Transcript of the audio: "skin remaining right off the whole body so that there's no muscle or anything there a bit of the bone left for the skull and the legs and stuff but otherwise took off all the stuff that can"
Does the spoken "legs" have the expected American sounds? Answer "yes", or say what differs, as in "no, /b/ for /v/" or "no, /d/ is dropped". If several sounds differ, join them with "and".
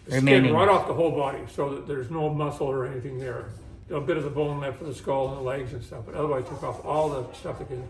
yes